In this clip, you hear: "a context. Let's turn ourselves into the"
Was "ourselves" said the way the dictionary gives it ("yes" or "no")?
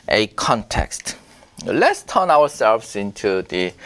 no